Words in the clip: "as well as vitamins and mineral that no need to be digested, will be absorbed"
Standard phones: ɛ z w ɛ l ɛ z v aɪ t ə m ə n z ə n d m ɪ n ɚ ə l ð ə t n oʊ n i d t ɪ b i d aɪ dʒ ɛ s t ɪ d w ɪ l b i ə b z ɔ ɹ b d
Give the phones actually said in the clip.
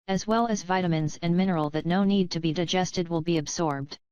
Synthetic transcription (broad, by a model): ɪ z w ɛ l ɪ z v aɪ t ə m ə n z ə n m ɪ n ɚ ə l ð ə t n oʊ n i d t ɪ b i d aɪ dʒ ɛ s t ɪ d w ɪ l b i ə b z ɔ ɹ b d